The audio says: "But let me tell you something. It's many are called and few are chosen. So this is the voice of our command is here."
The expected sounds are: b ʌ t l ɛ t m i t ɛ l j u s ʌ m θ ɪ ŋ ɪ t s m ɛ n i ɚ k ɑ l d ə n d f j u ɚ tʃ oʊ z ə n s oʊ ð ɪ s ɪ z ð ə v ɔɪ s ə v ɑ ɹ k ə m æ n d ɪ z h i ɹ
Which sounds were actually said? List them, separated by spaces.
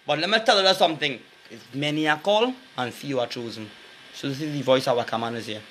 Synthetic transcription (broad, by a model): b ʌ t l ɛ t m i t ɛ l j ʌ s ʌ m θ ɪ ŋ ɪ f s m ɛ n i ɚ k ɑ l ə n f j u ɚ tʃ oʊ z ə n s oʊ ð ɪ s ɪ z ð ə v ɔɪ s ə w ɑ k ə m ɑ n ɪ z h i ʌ